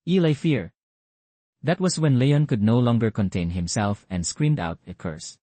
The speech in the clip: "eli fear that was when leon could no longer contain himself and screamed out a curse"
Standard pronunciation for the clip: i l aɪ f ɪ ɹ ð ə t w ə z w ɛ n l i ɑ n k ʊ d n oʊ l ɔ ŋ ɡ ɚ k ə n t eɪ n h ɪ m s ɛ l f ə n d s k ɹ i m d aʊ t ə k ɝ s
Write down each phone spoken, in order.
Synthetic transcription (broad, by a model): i l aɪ f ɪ ɹ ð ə t w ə s w ɛ n l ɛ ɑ n k ʊ d n oʊ l ɔ ŋ ɡ ɚ k ə n t eɪ n h ɪ m s ɛ l f ə n d s k ɹ i m d aʊ t ə k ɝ s